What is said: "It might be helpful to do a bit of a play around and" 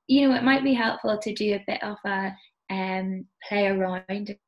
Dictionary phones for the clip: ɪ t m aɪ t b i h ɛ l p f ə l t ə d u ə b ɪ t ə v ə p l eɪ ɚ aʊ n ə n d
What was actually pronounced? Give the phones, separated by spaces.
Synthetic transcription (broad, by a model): ɪ t m aɪ t b i h ɛ l p f ə l t ə d ə b ɪ t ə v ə p l eɪ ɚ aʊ ə n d